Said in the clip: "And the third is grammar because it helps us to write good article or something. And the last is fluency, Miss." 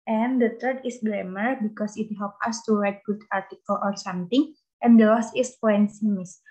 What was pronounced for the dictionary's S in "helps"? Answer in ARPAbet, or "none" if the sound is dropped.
none